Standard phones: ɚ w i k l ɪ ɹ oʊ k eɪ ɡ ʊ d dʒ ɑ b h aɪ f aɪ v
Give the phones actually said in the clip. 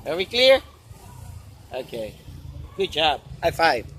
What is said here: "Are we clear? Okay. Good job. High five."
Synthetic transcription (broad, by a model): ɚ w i k l ɪ ɹ oʊ k eɪ ɡ ʊ d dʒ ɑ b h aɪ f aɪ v